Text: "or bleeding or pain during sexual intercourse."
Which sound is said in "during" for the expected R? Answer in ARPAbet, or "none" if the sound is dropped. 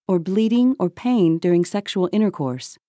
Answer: R